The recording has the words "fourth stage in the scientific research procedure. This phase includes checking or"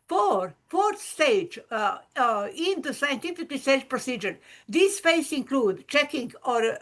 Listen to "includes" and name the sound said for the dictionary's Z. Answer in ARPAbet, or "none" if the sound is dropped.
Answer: none